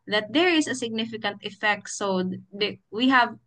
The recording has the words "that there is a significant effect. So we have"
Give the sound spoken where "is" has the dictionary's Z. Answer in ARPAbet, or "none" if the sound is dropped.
S